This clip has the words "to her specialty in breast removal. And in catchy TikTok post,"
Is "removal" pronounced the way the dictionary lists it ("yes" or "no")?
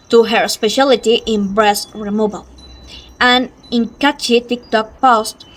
no